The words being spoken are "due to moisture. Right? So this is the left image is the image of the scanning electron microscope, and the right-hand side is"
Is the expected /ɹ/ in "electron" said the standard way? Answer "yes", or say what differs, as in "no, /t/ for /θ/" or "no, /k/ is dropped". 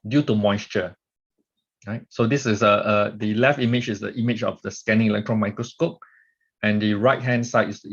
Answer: yes